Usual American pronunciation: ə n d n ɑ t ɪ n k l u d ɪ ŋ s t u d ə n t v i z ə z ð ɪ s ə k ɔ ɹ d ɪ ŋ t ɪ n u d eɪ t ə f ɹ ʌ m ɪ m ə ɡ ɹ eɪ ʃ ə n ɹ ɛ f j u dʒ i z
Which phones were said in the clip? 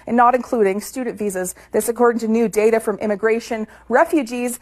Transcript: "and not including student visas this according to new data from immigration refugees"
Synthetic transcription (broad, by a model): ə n n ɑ t ɪ n k l u d ɪ ŋ s t u d n t v i z ə z ð ɪ s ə k ɔ ɹ d ɪ ŋ t ɪ n u d eɪ t ə f ɹ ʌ m ɪ m ə ɡ ɹ eɪ ʃ ə n ɹ ɛ f j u dʒ i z